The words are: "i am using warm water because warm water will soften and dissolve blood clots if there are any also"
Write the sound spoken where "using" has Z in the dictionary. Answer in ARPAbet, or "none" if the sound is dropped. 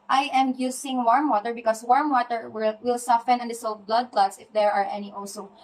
S